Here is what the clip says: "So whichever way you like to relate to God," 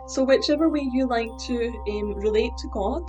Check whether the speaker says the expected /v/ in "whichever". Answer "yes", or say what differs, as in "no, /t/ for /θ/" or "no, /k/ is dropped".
yes